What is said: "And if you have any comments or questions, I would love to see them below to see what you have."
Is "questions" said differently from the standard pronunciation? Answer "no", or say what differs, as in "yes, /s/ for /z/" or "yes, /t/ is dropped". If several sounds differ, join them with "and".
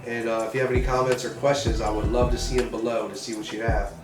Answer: no